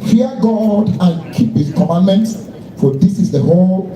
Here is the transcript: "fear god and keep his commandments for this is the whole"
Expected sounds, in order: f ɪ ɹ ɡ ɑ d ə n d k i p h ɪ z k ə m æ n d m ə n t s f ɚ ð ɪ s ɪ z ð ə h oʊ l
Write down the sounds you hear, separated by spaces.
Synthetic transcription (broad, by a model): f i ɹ ɡ ɑ d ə n k i p h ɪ s k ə m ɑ n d m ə n t s f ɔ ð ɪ s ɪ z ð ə h oʊ l